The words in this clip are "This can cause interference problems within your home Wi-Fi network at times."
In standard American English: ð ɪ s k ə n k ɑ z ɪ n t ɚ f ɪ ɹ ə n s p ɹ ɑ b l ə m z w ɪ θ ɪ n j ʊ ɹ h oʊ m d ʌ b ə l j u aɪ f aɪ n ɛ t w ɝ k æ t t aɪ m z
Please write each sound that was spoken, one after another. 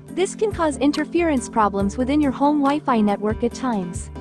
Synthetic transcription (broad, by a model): ð ɪ s k ə n k ɑ z ɪ n t ɚ f ɪ ɹ ə n s p ɹ ɑ b l ə m z w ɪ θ ɪ n j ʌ ɹ h oʊ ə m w aɪ f aɪ n ɛ t w ɝ k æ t t aɪ m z